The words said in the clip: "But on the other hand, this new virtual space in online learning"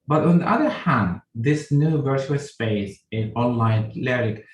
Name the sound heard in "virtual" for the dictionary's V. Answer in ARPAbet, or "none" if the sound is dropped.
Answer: V